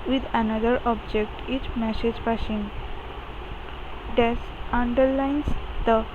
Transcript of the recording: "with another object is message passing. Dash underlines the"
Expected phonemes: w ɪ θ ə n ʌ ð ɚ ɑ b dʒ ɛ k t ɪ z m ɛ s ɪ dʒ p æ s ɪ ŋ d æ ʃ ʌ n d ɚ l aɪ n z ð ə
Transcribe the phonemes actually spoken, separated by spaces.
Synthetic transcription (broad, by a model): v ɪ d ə n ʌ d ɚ ɑ b dʒ ɛ k t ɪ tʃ m ɛ s ɪ dʒ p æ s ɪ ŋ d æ s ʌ n d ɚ l aɪ n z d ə